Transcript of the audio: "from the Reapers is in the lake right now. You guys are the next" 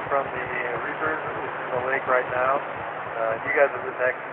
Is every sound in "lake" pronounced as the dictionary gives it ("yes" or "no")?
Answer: yes